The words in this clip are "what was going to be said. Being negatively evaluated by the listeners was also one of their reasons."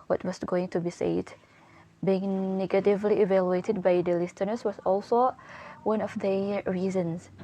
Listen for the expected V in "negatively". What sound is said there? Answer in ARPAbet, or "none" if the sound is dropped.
V